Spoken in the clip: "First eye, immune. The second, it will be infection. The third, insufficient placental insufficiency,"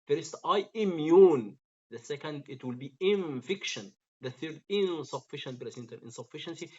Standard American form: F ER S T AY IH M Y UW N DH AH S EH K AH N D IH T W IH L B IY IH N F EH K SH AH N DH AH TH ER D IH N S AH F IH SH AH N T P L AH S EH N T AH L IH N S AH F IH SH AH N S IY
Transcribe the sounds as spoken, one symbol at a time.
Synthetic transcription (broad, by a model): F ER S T AY IH M Y UW N DH AH S EH K AH N D IH T W IH L B IY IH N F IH K SH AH N DH AH TH ER D IH N S AH F IH SH AH N T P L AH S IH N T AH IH N S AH F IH SH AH N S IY